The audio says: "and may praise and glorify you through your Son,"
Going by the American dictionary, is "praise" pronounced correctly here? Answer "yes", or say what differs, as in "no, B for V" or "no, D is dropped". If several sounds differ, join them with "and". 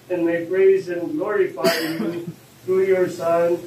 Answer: yes